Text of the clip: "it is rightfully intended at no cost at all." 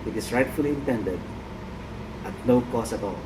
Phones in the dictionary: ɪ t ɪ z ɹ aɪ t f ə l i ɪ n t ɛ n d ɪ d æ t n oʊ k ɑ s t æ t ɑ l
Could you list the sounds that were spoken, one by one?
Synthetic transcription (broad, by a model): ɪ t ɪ s ɹ aɪ t f ə l i ɪ n t ɛ n d ɪ d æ t n oʊ k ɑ s æ t ɑ l